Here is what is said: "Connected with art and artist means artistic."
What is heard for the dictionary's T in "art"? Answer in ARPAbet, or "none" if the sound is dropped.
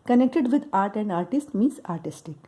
T